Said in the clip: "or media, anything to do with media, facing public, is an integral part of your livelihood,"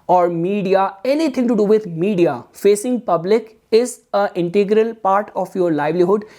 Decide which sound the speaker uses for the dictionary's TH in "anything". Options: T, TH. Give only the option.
T